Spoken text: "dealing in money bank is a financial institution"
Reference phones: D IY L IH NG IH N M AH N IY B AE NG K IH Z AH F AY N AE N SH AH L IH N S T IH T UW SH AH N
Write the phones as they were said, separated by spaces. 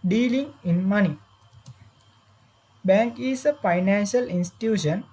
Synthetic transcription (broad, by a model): D IY L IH NG IH N M AH N IY B AE NG K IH S AH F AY N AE N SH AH L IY N S T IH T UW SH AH N